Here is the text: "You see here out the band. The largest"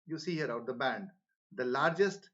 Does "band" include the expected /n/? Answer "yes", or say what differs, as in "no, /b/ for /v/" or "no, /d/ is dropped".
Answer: yes